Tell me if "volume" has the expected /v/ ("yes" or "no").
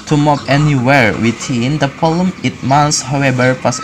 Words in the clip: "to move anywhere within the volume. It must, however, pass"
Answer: no